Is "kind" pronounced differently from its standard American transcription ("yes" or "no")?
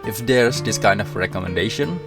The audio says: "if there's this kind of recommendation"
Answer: no